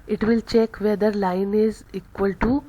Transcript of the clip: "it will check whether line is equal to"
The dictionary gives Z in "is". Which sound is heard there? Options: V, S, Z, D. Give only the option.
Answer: Z